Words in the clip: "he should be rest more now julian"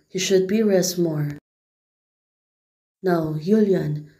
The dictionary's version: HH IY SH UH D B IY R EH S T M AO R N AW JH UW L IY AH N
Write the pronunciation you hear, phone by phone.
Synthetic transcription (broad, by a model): HH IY SH UH D B IY R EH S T M AO R N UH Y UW L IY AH N